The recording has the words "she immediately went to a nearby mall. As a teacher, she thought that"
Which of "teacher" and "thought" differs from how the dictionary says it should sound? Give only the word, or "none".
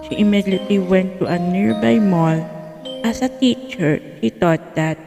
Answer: thought